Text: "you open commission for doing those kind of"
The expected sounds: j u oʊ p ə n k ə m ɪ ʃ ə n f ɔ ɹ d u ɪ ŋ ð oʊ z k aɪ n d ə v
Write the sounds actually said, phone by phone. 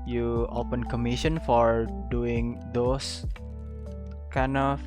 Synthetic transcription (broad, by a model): j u oʊ p ə n k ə m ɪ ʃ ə n f ɔ ɹ d u ɪ ŋ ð oʊ s k aɪ n ə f